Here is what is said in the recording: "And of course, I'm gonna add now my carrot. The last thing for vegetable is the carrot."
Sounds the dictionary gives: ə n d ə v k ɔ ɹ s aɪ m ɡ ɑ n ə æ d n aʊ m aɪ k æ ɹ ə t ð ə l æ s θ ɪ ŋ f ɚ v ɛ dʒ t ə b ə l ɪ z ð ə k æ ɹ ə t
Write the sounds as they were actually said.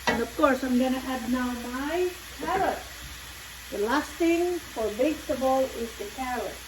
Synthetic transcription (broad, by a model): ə n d ə v k ɔ ɹ s aɪ m ɡ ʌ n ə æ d n aʊ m aɪ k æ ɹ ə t ð ə l æ s t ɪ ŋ f ɚ b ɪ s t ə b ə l ɪ z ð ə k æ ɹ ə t